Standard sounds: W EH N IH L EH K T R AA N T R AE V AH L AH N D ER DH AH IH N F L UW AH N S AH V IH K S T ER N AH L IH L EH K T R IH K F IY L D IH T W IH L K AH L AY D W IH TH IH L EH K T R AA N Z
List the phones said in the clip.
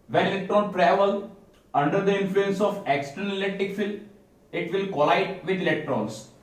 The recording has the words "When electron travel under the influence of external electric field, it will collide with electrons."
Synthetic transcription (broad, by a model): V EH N IH L EH K T R AA N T R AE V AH L AH N D ER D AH IH N F L UW AH N S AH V IH K S T ER N AH L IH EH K T IH K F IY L IH T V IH L K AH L AY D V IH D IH L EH K T R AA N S